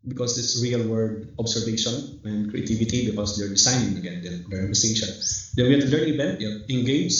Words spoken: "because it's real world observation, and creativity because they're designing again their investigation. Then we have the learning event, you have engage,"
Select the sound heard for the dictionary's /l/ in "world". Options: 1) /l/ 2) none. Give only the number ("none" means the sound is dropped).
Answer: 2